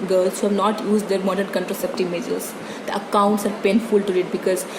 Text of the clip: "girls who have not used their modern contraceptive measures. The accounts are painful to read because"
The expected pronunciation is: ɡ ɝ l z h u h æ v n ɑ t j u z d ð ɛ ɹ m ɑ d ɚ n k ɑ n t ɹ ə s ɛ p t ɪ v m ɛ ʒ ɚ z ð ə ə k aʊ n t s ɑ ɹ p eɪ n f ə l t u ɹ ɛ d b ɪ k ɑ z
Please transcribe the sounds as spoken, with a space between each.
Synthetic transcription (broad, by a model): ɡ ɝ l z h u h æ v n ɑ t j u z d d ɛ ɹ m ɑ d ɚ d k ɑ n t ɹ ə s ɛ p t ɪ m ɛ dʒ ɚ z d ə ə k aʊ n t s ɑ ɹ p eɪ n f ə l t u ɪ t b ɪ k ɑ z